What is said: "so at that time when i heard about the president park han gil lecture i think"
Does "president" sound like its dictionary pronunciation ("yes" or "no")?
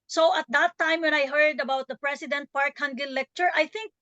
no